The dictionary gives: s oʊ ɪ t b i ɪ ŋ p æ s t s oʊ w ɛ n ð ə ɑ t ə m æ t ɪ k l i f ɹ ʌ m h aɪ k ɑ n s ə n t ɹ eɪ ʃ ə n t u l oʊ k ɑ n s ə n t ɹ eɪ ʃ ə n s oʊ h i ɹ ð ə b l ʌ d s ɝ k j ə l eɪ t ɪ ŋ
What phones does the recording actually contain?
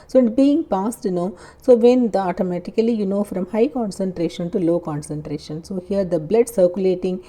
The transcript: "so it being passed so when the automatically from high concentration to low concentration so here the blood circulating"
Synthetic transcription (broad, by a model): s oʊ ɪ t b i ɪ ŋ p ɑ s t s oʊ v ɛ n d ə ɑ t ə m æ t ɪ k l i f ɹ ʌ m h aɪ k ɑ n s ə n t ɹ eɪ ʃ ə n t u l oʊ k ɑ n s ə n t ɹ eɪ ʃ ə n s oʊ h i ɹ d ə b l ʌ d s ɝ k j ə l eɪ t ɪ ŋ